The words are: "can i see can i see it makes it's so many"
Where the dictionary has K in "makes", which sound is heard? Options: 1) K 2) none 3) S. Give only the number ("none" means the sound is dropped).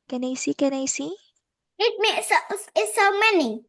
2